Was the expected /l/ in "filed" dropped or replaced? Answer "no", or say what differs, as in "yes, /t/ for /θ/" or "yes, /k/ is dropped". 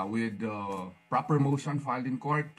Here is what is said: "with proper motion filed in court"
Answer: no